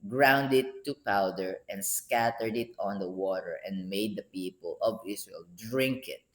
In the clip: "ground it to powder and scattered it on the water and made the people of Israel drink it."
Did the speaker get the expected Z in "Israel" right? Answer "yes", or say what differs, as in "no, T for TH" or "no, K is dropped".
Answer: no, S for Z